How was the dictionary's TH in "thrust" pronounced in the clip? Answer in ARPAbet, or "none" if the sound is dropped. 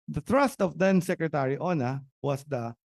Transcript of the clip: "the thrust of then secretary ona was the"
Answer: T